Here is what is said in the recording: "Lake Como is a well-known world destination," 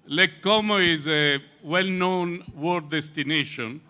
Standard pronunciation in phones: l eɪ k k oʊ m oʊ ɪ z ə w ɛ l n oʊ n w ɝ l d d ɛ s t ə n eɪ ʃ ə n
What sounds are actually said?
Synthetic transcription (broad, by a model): l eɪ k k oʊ m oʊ ɪ z ə w ɛ l n oʊ n w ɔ d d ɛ s t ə n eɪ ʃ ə n